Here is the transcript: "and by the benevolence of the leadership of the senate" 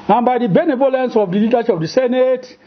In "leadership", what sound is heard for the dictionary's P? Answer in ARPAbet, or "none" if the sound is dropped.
none